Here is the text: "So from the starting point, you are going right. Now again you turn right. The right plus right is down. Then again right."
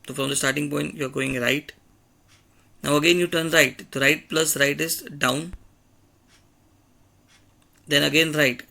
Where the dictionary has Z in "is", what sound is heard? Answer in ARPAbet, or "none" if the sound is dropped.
S